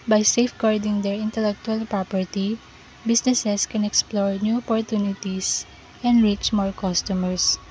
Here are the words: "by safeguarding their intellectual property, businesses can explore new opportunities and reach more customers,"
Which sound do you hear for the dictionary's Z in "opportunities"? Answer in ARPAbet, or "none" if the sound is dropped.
S